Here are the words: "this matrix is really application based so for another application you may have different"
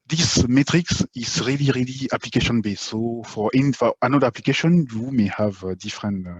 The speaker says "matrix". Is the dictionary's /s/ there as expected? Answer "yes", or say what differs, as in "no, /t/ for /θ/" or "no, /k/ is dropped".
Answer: yes